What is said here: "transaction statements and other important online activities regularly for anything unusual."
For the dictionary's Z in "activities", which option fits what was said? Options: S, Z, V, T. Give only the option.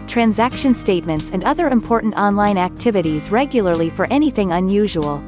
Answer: Z